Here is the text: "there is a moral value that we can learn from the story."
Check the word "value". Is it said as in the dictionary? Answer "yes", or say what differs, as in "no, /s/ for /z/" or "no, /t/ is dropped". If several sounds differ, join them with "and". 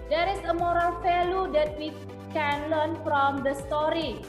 no, /f/ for /v/